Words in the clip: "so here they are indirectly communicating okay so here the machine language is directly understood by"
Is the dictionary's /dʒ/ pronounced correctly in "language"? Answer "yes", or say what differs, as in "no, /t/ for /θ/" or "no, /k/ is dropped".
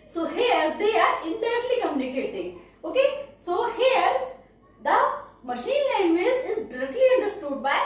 no, /z/ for /dʒ/